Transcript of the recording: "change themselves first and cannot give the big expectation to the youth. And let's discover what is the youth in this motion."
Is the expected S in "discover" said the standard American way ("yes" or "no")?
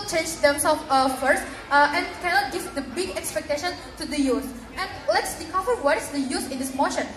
no